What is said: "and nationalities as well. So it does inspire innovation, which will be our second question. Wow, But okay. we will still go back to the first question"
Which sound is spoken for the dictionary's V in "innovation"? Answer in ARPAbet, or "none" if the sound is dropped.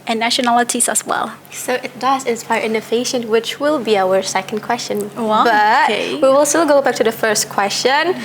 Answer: F